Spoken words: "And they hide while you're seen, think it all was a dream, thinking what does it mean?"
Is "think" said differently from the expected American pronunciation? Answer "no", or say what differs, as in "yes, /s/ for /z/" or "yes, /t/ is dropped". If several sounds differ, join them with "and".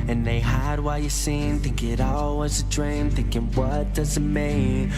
yes, /t/ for /θ/